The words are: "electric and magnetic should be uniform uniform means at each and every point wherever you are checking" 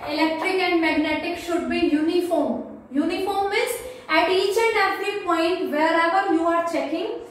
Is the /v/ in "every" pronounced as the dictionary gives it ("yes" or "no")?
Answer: no